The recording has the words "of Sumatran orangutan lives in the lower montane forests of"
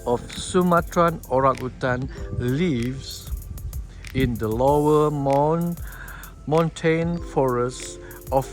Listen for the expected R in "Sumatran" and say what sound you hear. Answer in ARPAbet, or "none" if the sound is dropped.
R